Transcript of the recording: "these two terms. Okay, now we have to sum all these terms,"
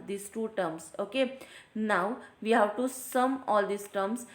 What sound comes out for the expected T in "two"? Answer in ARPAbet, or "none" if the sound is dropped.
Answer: T